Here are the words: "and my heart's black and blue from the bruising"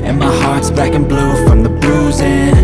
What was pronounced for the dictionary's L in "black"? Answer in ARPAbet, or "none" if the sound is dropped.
none